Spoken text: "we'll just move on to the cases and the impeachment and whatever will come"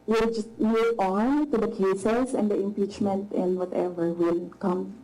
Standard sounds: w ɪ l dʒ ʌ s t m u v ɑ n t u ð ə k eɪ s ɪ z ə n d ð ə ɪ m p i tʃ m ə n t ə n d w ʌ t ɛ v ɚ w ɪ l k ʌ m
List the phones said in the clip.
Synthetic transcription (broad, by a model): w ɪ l dʒ ʌ s t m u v ɑ n t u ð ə k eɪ s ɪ s ə n d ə ɪ m p i tʃ m ə n t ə n w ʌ t ɛ v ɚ w ɪ l k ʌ m